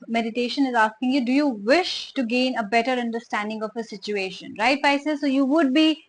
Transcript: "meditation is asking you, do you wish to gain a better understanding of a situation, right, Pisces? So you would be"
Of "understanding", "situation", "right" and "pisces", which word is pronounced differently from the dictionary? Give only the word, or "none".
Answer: pisces